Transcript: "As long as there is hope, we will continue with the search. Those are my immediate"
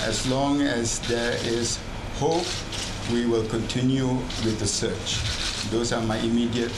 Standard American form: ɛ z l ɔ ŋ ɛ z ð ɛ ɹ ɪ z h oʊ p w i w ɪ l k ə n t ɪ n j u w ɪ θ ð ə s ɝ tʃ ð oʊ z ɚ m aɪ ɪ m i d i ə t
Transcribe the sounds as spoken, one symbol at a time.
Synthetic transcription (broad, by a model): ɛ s l ɔ ŋ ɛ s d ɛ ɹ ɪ s h oʊ p w i w ɪ l k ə n t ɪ n j u w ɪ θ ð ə s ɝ tʃ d oʊ s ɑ m aɪ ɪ m i d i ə t